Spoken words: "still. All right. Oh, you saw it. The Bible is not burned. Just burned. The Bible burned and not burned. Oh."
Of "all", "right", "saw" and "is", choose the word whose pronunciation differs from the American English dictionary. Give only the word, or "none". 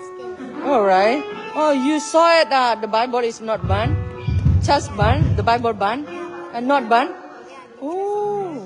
is